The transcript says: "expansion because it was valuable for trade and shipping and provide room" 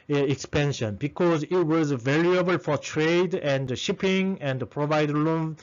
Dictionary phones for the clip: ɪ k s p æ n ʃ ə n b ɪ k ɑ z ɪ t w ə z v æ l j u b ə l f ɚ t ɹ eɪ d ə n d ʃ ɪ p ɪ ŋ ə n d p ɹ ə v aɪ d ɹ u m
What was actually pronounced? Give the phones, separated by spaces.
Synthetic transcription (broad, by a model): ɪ k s p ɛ n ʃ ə n b ɪ k ɑ z ɪ t w ə z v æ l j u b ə l f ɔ t ɹ eɪ d ə n d ʃ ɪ p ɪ ŋ ə n d p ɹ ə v aɪ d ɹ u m